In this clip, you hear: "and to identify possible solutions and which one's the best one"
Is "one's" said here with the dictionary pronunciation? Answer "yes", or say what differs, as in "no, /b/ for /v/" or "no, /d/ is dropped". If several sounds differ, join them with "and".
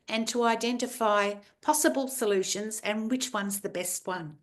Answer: yes